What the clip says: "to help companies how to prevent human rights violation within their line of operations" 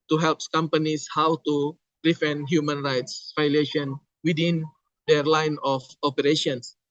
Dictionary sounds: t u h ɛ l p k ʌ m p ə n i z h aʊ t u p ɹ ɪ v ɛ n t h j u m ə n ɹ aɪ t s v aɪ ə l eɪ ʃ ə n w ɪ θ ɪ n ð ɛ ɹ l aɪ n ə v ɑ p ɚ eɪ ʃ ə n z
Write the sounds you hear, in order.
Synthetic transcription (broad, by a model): t u h ɛ l p k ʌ m p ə n i s h aʊ t u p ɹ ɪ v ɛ n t h j u m ə n ɹ aɪ t s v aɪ l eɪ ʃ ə n w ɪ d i n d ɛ ɹ l aɪ n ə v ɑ p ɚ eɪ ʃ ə n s